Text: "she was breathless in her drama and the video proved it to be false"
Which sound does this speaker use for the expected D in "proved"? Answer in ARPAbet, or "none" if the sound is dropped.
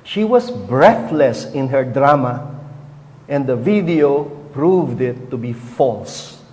D